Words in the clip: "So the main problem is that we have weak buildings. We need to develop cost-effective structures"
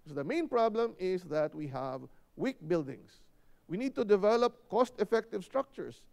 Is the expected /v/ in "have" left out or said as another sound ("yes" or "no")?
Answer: no